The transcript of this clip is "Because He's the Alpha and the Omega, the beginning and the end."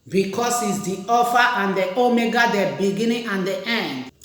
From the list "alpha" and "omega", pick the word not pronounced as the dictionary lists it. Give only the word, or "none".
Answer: alpha